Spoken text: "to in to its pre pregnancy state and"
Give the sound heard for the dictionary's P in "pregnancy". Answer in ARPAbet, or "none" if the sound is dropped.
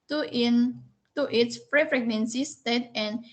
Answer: F